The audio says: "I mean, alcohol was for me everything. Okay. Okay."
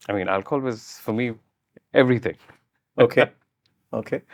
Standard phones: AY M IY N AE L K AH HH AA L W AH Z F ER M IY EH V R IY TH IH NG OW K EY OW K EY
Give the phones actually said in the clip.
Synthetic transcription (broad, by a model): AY M IY N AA L K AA L W AH Z F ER M IY EH V R IY TH IH NG OW K EY OW K EY